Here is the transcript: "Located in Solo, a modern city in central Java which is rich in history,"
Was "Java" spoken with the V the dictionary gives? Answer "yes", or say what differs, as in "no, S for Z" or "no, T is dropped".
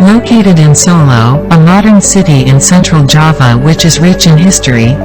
yes